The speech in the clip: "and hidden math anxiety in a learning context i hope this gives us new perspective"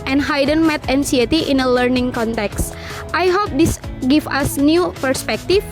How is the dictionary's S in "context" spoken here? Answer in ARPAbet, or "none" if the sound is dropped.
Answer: S